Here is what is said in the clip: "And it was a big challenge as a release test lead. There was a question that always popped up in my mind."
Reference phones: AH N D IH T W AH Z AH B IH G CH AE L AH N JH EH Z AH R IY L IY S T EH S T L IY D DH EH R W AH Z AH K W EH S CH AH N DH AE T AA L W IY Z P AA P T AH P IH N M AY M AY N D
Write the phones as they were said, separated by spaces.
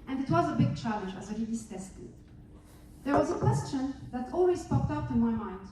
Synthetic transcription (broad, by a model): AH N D IH T W AH Z AH B IH G CH AE L AH N JH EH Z AH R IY IY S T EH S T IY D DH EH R W AH Z AH K W EH S CH AH N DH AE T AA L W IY S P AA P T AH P IH N M AY M AY N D